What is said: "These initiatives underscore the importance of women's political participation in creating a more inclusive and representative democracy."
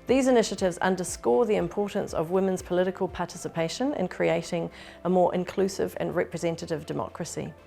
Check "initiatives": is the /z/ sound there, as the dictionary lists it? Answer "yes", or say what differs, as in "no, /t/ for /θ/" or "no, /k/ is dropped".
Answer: yes